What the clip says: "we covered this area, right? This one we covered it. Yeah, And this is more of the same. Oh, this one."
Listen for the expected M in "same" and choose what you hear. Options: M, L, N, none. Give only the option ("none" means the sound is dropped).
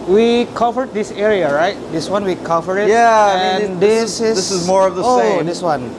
none